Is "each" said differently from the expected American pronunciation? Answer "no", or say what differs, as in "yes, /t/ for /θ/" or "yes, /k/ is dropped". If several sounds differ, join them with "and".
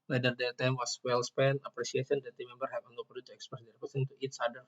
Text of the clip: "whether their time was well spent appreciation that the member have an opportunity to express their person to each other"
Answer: yes, /s/ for /tʃ/